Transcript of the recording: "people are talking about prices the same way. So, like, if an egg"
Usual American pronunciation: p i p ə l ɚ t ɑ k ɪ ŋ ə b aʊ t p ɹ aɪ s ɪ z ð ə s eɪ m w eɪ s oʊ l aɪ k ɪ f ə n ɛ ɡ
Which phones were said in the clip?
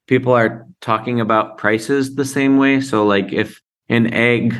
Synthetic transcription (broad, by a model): p i p l ɚ t ɑ k ɪ ŋ ə b aʊ t p ɹ aɪ s ɪ z ð ə s eɪ m w eɪ s oʊ l aɪ k ɪ f ə n ɛ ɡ